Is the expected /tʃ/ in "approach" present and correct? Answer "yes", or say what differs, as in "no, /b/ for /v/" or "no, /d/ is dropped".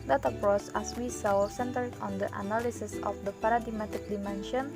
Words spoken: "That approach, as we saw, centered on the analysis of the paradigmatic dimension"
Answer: no, /s/ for /tʃ/